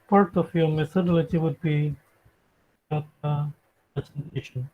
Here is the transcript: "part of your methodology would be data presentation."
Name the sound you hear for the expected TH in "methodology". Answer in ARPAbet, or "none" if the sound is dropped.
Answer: S